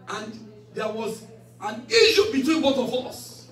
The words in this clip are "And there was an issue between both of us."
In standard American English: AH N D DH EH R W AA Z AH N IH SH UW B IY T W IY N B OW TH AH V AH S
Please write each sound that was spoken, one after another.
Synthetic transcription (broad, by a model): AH N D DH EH W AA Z AH N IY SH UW B IY T W IY N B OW T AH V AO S